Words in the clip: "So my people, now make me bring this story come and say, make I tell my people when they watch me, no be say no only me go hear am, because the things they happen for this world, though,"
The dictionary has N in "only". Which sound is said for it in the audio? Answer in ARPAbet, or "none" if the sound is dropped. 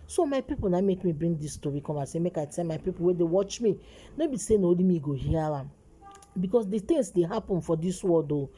none